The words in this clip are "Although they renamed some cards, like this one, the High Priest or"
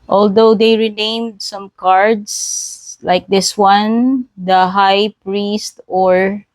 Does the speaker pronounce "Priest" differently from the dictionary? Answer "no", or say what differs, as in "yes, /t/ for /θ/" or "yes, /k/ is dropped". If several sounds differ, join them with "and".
no